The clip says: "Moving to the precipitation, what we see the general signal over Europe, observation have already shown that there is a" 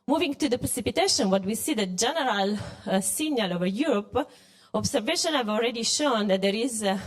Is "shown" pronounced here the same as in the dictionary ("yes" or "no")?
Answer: yes